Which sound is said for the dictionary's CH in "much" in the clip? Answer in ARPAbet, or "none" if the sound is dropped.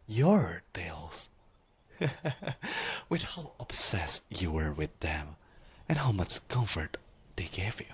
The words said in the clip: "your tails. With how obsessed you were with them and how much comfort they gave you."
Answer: CH